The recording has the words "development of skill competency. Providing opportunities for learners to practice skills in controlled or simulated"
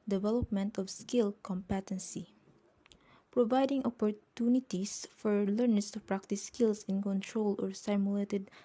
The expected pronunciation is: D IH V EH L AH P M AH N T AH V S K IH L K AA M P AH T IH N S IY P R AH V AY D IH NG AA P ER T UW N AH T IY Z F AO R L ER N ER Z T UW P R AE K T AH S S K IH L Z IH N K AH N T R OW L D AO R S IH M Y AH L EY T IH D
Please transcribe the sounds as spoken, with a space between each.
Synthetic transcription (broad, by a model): D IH V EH L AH P M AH N T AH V S K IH L K AA M P AH T IH N S IY P R AH V AY D IH NG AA P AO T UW N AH T IY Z F AO R L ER N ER S T UW P R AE K T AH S S K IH L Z IH N K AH N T R OW L AO R S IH M Y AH L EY T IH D